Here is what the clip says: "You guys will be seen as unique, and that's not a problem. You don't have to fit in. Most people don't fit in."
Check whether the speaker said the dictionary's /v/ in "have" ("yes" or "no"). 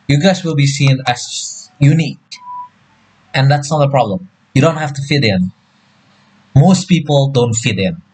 no